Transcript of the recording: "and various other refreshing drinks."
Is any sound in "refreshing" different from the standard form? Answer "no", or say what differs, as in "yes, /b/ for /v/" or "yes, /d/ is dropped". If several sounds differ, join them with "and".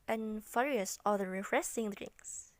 yes, /s/ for /ʃ/